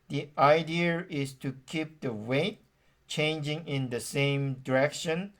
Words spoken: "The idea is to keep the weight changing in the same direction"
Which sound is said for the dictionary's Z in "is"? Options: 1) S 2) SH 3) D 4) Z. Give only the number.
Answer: 1